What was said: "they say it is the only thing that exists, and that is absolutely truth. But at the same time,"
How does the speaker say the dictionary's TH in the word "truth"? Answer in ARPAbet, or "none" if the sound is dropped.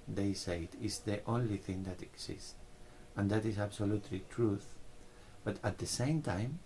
TH